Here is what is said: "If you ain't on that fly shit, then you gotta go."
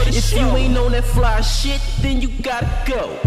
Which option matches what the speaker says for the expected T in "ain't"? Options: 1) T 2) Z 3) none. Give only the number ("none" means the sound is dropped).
3